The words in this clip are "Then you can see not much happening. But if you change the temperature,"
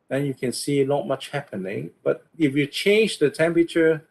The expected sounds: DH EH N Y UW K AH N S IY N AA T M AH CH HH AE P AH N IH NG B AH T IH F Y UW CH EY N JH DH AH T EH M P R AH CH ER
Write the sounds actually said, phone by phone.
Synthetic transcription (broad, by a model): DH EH N Y UW K AH N S IY L AA T M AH CH HH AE P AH N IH NG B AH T IH F Y UW CH EY N JH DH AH T EH M P R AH CH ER